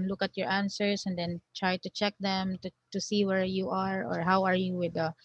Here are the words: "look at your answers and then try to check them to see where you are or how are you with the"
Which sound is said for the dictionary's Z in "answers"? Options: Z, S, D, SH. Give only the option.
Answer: S